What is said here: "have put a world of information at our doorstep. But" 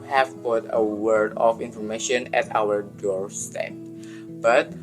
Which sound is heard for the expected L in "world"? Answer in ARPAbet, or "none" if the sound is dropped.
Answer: none